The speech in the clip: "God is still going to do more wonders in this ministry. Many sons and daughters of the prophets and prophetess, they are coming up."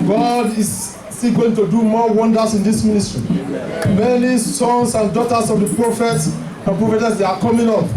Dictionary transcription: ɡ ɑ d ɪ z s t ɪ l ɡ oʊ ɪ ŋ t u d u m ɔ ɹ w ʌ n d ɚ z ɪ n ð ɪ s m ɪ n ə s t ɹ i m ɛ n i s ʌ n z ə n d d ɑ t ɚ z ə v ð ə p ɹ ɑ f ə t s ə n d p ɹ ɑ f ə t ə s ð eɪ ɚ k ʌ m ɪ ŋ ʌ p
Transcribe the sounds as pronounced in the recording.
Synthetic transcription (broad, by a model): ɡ ɑ d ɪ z s t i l ɡ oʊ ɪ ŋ t u d u m ɔ w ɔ n d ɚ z ɪ n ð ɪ s m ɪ n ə s t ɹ i m ɛ n i s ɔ n s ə n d d ɑ t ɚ s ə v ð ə p ɹ ɑ f ə t s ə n p ɹ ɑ f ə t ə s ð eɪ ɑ k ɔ m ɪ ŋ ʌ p